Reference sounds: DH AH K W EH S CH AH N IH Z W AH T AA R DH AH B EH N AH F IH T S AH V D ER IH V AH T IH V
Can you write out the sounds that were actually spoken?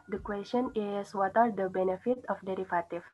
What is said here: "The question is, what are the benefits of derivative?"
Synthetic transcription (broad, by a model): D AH K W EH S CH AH N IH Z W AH T AA R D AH B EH N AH F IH T AH F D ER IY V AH T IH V